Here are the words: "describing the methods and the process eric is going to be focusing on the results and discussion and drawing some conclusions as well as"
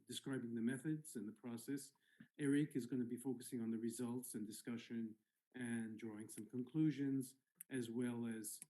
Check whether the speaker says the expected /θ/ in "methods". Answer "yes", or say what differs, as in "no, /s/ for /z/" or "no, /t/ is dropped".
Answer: yes